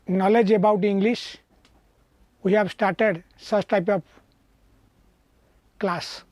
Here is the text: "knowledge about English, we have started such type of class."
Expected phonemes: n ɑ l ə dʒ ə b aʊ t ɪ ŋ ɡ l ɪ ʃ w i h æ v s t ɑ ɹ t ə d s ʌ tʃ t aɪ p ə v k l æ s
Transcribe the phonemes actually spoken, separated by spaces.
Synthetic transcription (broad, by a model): n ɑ l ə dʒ ə b aʊ t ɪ ŋ ɡ l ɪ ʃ w i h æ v s t ɑ ɹ t ə d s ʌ s t aɪ p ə p k l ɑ s